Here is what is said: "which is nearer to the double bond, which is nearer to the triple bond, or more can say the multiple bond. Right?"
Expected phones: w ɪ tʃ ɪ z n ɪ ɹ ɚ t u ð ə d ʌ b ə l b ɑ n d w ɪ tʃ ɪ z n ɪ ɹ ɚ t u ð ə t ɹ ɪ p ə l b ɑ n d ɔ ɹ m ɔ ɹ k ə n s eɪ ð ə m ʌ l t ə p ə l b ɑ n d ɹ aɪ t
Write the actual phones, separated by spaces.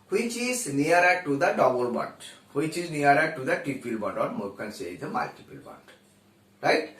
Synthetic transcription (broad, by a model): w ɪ tʃ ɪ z n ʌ ɹ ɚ t u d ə d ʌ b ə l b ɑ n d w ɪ tʃ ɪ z n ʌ ɹ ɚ t u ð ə t ɪ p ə l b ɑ n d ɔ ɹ m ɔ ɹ k ə n s eɪ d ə m ʌ l t ə p ə l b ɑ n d ɹ aɪ t